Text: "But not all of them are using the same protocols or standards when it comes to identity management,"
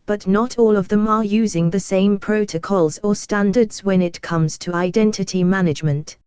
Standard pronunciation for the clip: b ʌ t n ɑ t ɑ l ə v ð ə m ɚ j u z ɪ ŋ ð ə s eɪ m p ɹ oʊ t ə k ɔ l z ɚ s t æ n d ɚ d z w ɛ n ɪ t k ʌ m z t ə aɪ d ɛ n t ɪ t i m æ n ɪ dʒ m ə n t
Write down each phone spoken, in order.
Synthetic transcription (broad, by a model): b ʌ t n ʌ t ɑ l ə v ð ə m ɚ j u z ɪ ŋ ð ə s eɪ m p ɹ oʊ t ə k ɔ l z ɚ s t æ n d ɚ d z w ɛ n ɪ t k ʌ m z t ə aɪ d ɛ n t ɪ t i m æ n ɪ dʒ m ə n t